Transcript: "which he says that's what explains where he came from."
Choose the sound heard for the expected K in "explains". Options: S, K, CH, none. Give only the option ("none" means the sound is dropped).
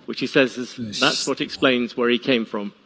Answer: K